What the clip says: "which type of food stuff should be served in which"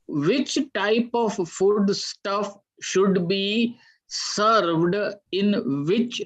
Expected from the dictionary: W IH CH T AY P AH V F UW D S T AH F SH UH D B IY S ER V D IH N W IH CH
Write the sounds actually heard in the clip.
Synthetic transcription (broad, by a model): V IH CH T AY P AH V F UW D S T AH F SH UH D B IY S ER V D IH N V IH CH